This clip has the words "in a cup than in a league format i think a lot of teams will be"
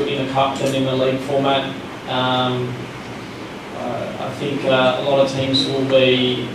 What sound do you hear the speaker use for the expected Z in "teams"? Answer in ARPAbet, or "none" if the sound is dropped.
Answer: Z